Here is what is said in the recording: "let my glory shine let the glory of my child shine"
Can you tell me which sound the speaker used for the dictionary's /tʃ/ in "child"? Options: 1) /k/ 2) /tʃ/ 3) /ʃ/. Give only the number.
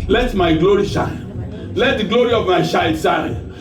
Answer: 3